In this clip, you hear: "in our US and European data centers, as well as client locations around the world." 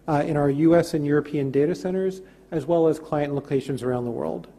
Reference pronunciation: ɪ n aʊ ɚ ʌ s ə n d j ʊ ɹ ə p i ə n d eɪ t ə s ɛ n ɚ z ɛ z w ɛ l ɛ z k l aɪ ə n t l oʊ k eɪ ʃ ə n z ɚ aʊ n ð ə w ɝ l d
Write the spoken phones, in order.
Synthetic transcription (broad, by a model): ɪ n aʊ ɚ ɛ s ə n j ʊ ɹ ə p i ə n d eɪ t ə s ɛ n ɚ z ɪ z w ɛ l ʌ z k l aɪ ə n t l oʊ k eɪ ʃ ə n z ɚ aʊ n ð ə w ɝ l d